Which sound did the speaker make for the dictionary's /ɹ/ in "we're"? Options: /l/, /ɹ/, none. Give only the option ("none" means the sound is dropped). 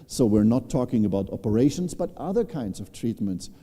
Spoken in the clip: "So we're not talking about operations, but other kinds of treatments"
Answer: /ɹ/